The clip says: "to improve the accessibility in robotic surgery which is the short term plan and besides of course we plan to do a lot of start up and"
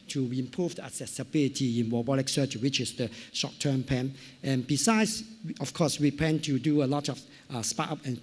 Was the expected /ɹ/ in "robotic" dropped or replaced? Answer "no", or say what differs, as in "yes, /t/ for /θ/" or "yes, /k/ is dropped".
yes, /w/ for /ɹ/